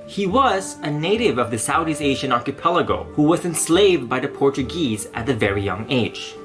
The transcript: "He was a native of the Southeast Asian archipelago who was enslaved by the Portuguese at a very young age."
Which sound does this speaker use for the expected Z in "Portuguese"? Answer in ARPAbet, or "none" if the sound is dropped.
Z